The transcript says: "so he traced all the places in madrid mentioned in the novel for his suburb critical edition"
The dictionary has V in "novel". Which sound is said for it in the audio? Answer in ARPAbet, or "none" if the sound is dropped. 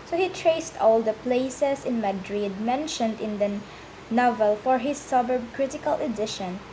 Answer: V